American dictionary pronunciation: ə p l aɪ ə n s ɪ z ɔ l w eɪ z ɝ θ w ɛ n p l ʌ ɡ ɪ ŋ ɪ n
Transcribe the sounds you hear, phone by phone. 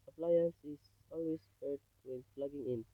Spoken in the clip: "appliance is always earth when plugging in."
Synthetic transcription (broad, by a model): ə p l aɪ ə n s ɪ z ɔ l w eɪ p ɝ t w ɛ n f l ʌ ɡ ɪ ŋ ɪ n